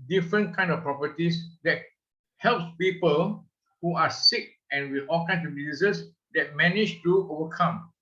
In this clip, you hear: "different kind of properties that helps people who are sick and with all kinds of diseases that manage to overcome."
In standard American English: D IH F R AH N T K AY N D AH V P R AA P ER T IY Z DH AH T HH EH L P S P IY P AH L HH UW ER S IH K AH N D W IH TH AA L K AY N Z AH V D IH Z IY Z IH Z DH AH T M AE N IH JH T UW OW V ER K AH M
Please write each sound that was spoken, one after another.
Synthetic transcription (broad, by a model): D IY F R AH N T K AY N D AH F P R AA P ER T IY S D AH T HH EH L P S P IY P AH L HH UW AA S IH K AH N W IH AA L K AY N S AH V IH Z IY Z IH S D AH T M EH N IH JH T UW OW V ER K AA M